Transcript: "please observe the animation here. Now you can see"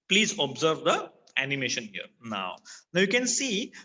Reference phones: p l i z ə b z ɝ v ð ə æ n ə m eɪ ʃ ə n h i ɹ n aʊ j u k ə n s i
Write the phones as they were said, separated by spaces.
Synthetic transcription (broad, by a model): p l i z ə b z ɝ v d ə æ n ə m eɪ ʃ ə n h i ɹ n aʊ j u k ə n s i